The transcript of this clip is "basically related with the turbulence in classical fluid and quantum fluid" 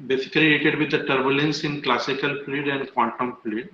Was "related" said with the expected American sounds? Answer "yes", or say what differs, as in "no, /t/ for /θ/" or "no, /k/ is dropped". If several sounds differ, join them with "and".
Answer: no, /l/ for /ɹ/ and /l/ is dropped